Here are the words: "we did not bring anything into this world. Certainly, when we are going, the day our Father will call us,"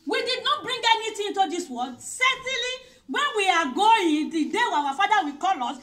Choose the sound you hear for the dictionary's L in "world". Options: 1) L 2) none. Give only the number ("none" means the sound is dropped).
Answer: 2